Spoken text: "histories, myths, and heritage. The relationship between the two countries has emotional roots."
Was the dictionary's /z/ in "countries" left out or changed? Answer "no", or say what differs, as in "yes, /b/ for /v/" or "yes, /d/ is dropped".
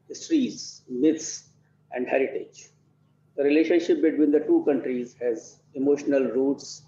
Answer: no